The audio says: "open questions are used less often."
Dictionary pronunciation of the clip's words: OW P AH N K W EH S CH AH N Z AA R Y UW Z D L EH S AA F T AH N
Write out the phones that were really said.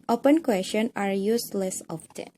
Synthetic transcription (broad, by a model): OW P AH N K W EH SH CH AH N AA R Y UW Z L EH S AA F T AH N